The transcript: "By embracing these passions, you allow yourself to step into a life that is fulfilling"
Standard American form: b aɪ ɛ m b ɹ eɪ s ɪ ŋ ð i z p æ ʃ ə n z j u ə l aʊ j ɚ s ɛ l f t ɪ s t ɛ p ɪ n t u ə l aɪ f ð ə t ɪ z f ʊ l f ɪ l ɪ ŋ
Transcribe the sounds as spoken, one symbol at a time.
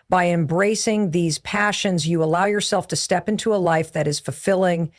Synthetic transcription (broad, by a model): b aɪ ɛ m b ɹ eɪ s ɪ ŋ ð i z p æ ʃ ə n z j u ə l aʊ j ɚ s ɛ l f t ɪ s t ɛ p ɪ n t u ə l aɪ f ð ə t ɪ z f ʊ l f ɪ l ɪ ŋ